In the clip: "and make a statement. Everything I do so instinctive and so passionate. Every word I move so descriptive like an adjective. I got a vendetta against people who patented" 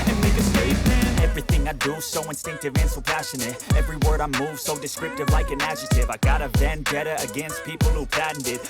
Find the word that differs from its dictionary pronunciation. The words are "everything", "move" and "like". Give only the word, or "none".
none